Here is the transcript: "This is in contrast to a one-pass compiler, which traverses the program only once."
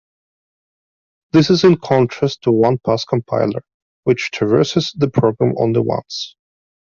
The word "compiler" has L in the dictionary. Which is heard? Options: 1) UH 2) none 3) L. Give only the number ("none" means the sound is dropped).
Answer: 3